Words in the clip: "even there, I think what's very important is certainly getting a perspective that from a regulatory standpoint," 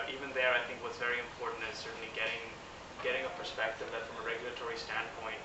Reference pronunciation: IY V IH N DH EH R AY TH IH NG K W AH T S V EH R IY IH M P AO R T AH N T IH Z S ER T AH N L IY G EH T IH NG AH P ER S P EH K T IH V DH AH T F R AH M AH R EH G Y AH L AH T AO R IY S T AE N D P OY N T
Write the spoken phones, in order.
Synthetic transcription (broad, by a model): IY V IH N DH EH R AY TH IH NG K W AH T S V EH R IY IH M P AO R T N T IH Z S ER T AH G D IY G EH T IH NG AH P ER S P EH K T IH V DH AH T F R AH M AH R EH G Y L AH T AO R IY S T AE N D P OY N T